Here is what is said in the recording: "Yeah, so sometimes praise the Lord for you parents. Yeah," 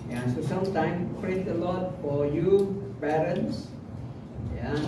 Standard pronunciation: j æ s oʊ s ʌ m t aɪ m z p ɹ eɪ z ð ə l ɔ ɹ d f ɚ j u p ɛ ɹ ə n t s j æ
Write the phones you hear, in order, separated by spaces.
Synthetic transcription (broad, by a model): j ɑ s oʊ s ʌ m t aɪ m p ɹ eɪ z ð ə l ɔ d f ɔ j u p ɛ ɹ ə n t s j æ